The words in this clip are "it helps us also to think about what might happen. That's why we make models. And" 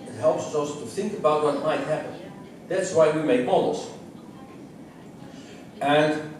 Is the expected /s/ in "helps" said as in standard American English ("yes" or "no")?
yes